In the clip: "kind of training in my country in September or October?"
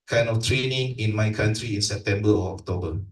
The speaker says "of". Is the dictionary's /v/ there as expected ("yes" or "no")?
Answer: no